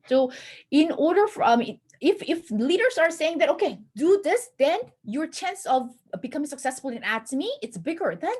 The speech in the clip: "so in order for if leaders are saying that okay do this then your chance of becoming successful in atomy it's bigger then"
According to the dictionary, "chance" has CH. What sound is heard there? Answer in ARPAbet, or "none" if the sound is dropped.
CH